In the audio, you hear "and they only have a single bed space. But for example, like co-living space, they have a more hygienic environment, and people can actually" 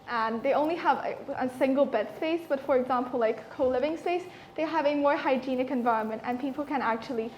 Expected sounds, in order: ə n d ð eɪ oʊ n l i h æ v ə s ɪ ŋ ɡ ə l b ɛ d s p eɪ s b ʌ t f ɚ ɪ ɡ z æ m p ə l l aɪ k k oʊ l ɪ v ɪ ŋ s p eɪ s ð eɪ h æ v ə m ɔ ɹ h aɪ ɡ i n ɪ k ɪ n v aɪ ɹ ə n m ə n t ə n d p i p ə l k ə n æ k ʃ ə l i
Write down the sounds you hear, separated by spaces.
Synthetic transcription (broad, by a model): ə n ð eɪ oʊ n l i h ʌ v ə s ɪ ŋ ɡ l b ɛ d s p eɪ s b ʌ t f ɚ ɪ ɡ z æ m p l l aɪ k k oʊ l ɪ v ɪ ŋ s p eɪ s ð eɪ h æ v ə m ɔ ɹ h aɪ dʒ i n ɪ k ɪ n v aɪ ɹ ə n m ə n t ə n p i p l k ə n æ k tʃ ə l i